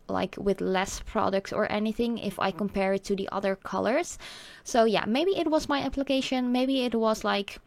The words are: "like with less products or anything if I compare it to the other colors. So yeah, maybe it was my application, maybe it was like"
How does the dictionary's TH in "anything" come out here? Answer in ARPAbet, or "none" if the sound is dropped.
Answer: TH